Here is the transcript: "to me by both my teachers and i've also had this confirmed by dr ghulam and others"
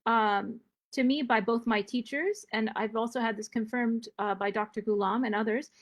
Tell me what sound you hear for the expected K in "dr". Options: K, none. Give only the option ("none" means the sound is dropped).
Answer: K